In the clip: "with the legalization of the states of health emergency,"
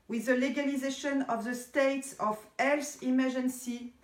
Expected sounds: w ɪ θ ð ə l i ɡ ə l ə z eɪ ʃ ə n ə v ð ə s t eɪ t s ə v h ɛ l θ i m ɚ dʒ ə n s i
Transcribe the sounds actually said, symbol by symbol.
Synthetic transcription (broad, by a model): w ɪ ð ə l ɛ ɡ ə l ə z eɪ ʃ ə n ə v ð ə s t eɪ t s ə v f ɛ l s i m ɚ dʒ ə n s i